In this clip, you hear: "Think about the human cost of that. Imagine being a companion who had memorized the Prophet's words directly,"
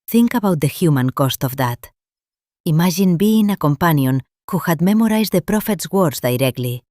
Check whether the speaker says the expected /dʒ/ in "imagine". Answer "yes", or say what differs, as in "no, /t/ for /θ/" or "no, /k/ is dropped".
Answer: no, /ʒ/ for /dʒ/